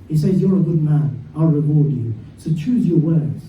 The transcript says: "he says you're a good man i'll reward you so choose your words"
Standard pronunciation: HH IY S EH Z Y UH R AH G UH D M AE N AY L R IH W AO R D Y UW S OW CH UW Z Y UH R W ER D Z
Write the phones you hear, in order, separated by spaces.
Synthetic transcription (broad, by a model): HH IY S EH Z Y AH R AH G UH D M AE N AY L R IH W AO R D Y UW S OW CH UW Z Y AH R W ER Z